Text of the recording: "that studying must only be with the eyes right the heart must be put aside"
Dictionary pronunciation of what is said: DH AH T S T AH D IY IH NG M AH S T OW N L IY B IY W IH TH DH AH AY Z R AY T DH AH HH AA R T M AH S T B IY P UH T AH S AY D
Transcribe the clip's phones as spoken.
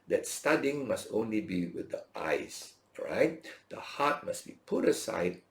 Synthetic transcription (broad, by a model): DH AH T S T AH D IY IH NG M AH S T OW N L IY B IY W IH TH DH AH AY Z R AY T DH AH HH AA T M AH S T B IY P UH T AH S AY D